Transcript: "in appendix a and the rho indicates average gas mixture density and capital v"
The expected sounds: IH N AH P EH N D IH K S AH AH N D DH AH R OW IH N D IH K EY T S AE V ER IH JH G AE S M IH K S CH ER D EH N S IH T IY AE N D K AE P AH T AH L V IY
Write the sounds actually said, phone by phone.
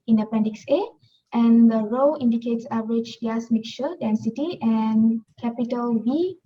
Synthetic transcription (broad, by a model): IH N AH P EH N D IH K S AH AH N D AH R OW IH N D IH K EY T S AE V ER IH JH G AE S M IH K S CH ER D EH N S IH T IY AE N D K AE P AH T AH L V IY